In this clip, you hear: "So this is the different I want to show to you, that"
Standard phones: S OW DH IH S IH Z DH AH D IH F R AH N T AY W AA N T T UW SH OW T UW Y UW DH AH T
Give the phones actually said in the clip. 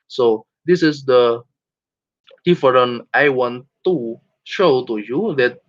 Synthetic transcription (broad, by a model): S OW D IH S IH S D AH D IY F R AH N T AY W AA N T T UW SH OW T UW Y UW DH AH T